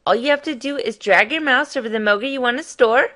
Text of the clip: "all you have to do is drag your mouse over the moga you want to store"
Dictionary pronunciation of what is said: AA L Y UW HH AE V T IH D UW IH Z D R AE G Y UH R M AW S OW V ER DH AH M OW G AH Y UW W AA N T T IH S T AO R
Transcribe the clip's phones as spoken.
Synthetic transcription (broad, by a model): AA L Y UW HH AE F T IH D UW IH Z D R AE G Y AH R M AW S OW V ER DH AH M OW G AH Y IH W AA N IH S T AO R